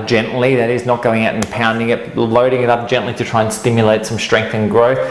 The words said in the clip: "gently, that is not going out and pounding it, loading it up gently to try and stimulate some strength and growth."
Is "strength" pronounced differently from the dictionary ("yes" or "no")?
no